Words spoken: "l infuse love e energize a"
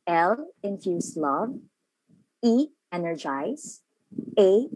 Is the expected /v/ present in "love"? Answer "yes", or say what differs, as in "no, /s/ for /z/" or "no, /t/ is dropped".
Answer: yes